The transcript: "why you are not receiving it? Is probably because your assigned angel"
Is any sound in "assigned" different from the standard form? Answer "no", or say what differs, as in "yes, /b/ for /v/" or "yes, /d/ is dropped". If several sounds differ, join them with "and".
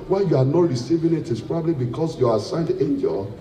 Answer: no